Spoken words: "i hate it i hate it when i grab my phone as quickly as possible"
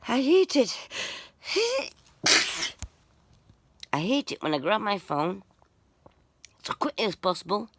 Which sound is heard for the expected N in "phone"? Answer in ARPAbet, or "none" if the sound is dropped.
N